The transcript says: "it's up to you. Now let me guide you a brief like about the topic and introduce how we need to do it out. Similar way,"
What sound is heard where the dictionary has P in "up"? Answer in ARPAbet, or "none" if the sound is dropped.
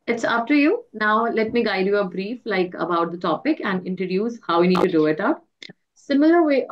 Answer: F